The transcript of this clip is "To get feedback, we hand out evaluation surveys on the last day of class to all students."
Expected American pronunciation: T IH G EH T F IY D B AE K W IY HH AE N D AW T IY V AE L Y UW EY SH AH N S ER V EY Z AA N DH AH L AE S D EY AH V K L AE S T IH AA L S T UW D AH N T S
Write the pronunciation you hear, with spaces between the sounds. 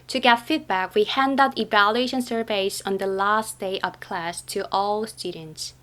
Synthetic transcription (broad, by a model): T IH G EH T F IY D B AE K W IY HH AE N D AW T IY V AE L Y UW EY SH AH N S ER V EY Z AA N DH AH L AE S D EY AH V K L AE S T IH AA L S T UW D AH N T S